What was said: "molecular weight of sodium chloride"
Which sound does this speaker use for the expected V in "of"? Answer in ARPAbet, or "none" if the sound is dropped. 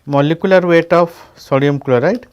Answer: P